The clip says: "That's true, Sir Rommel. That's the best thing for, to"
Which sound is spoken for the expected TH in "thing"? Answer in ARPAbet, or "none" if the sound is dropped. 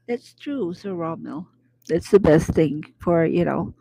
TH